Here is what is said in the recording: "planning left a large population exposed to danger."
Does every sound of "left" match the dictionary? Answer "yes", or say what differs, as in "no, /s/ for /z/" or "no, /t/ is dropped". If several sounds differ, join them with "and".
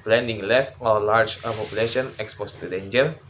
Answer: yes